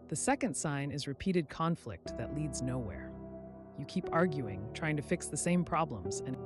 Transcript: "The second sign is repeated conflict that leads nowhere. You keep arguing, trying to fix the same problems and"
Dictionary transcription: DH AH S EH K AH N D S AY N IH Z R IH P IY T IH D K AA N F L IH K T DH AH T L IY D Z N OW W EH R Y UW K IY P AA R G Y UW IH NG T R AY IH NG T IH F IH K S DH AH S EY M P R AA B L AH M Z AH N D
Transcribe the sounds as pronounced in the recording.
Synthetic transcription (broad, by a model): DH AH S EH K AH N D S AY N IH Z R IH P IY T IH D K AA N F L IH K T DH AH T L IY D Z N OW W EH R Y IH K IY P AA R G Y UW IH NG T R AY IH NG T IH F IH K S DH AH S EY M P R AA B L AH M Z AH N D